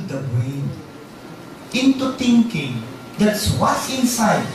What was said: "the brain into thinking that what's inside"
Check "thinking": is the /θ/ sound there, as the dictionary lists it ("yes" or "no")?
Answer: no